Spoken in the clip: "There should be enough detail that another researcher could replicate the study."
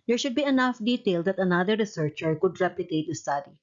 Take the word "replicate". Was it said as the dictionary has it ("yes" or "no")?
no